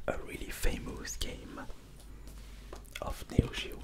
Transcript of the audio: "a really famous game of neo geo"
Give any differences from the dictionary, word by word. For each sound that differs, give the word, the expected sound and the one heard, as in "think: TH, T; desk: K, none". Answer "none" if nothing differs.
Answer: none